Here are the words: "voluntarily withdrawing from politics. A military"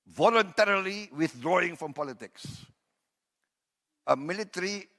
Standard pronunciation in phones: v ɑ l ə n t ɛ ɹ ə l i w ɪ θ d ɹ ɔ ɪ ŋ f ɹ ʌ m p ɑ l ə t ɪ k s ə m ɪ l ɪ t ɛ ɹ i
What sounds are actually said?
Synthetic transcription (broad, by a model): v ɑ l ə n t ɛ ɹ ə l i w ɪ θ d ɹ ɔ ɪ ŋ f ɹ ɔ m p ɑ l ə t ɪ k s ə m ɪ l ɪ t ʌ ɹ i